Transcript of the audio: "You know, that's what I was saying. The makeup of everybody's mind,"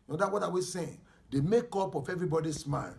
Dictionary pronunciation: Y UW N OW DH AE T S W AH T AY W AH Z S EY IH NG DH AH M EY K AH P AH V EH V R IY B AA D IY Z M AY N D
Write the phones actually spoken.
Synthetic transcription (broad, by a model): N OW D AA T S W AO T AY W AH S EY IH NG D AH M EY K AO P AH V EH V R IY B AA D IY S M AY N